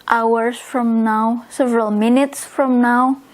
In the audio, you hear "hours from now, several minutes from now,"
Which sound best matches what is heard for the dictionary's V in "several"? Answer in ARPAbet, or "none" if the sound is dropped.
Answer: V